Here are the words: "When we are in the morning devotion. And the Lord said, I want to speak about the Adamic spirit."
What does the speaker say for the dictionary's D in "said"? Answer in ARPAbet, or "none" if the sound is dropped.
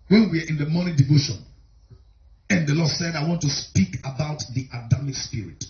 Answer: D